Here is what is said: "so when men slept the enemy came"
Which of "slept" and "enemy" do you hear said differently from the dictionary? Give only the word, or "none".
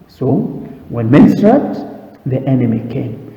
slept